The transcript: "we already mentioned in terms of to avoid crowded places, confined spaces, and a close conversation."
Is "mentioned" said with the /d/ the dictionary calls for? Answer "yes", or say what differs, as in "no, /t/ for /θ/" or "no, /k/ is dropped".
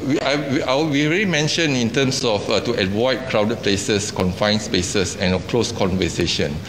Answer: no, /d/ is dropped